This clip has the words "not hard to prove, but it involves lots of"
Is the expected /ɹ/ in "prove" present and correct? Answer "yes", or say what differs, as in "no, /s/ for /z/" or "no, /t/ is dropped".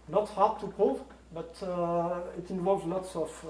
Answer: no, /ɹ/ is dropped